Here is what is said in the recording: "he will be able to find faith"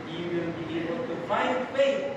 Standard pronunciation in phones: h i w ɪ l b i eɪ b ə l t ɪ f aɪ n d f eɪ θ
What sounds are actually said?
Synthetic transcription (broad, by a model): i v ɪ n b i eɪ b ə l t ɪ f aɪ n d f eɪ